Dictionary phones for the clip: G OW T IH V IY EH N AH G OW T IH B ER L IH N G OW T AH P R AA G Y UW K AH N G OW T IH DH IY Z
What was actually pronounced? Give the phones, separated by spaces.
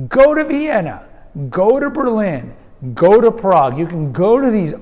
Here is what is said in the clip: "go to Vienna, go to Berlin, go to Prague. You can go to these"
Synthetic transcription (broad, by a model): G OW T IH V IY EH N AH G OW T IH B ER L IH N G OW T AH P R AA G Y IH K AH N G OW T IH DH IY Z